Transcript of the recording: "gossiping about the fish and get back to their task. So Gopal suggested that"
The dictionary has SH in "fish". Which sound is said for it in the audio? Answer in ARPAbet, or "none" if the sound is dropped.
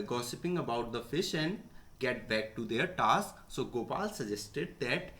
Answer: SH